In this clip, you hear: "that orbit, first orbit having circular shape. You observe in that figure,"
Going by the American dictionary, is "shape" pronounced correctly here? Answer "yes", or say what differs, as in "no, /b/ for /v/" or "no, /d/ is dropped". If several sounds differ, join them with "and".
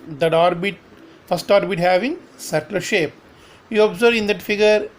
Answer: yes